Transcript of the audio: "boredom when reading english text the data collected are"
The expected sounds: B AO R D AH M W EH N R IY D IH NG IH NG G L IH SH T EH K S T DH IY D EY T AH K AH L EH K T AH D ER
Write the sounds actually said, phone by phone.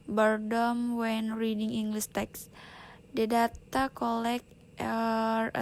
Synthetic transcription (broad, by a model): B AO R D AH M W EH N R IY D IH NG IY NG G L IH S T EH K S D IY D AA T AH K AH L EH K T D